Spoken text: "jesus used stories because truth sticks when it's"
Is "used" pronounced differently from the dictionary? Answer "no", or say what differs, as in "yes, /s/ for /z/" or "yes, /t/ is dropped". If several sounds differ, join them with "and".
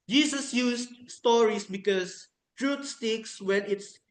yes, /s/ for /z/